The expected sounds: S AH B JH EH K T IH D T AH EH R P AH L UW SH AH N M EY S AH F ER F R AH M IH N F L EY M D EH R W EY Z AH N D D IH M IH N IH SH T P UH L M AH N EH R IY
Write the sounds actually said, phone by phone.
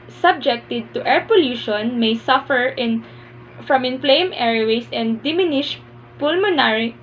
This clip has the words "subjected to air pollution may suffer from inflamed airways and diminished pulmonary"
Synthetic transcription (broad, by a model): S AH B JH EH K T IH D T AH EH R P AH L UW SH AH N M EY S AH F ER F R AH M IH N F L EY M EH R W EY S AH N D D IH M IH N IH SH P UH L M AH N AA R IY